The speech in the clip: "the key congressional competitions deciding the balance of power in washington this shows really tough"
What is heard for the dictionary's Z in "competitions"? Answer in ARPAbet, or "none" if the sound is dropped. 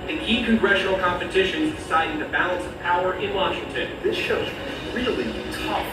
Z